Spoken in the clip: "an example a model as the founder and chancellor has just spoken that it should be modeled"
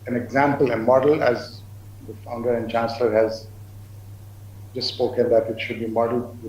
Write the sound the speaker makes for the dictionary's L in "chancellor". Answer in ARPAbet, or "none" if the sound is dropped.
L